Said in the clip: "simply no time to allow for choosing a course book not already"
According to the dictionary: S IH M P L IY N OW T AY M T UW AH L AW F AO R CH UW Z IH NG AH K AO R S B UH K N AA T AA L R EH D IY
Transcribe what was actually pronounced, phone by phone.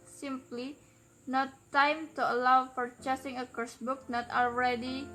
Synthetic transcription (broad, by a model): S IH M P L IY N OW T AY M T UW AH L AW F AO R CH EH S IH NG AH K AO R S B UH K N AA T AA L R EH D IY